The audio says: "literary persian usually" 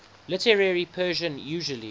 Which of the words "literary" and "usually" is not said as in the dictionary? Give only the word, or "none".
none